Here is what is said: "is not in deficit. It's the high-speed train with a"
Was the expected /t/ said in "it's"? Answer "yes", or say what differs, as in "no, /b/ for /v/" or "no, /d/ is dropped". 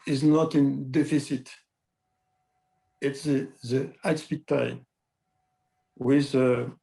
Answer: yes